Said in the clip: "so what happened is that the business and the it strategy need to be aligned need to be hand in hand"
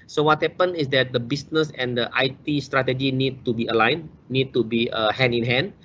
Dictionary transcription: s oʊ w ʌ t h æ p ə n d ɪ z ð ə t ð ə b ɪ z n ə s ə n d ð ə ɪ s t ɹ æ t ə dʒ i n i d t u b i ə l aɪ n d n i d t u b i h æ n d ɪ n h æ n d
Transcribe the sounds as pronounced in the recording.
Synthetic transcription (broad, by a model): s oʊ w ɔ t h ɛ p ə n ɪ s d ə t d ə b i s n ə s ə n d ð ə ɪ s t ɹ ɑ t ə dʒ i n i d t u b i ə l aɪ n n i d t u b i h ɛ n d ɪ n h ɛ n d